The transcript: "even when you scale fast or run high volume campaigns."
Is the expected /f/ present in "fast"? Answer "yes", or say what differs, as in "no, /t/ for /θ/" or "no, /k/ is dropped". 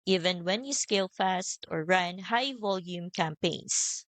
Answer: yes